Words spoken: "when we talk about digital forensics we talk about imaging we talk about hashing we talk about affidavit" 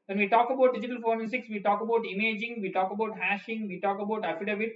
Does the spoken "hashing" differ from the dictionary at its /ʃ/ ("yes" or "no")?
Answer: no